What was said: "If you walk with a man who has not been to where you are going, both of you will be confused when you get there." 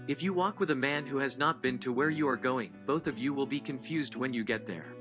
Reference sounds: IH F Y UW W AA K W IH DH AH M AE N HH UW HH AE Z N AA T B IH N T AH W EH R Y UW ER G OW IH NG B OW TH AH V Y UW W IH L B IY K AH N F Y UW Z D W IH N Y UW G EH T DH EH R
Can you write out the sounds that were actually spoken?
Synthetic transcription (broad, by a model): IH F Y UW W AA K W IH DH AH M AE N HH UW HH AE Z N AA T B IH N T AH W EH R Y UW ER G OW IH NG B OW TH AH V Y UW W IH L B IY K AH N F Y UW Z D W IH N Y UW G EH T DH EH R